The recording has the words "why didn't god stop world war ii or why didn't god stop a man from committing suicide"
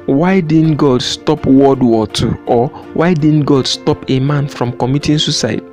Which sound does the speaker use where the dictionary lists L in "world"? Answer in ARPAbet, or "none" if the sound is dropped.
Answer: none